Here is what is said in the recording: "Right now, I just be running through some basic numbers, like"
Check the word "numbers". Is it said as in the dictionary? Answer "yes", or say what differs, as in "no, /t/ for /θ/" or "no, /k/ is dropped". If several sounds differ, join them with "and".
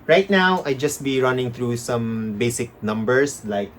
no, /s/ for /z/